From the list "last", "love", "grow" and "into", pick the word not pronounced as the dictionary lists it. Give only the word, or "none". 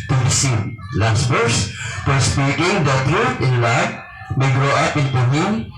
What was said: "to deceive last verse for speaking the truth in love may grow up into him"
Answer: love